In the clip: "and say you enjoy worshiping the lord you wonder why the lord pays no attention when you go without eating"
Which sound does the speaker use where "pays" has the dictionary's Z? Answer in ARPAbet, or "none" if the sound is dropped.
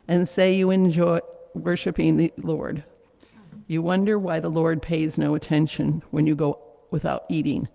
Z